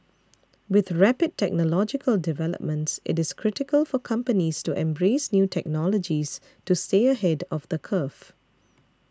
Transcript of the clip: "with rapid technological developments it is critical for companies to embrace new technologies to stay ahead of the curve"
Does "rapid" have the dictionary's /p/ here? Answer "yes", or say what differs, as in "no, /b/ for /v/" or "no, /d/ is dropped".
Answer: yes